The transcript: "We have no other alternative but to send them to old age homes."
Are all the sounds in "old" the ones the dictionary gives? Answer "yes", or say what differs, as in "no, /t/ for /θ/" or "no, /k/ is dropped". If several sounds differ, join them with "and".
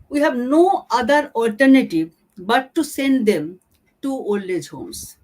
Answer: no, /d/ is dropped